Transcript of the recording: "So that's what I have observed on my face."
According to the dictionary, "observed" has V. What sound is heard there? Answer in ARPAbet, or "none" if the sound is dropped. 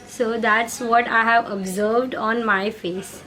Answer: V